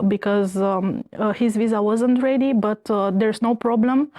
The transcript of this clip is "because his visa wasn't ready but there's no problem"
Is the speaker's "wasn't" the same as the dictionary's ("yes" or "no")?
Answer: yes